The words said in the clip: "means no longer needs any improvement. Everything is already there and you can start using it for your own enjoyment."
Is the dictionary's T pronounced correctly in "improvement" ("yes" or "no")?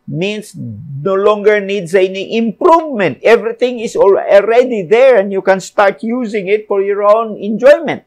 yes